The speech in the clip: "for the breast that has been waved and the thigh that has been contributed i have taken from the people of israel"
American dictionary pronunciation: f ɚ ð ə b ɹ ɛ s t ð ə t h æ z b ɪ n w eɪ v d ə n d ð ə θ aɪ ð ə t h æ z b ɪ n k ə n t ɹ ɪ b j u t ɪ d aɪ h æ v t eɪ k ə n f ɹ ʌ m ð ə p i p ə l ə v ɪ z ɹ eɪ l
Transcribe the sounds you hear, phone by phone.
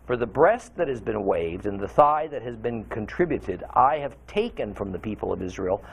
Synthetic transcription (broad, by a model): f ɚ ð ə b ɹ ɛ s t ð ə t h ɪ z b ɪ n w eɪ v d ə n ð ə θ aɪ ð ə t h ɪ z b ɪ n k ə n t ɹ ɪ b j u t ɪ d aɪ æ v t eɪ k ə n f ɹ ʌ m ð ə p i p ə l ə v ɪ z ɹ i l